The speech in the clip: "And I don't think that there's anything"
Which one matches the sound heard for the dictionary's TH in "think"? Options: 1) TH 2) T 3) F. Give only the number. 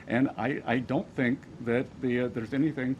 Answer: 1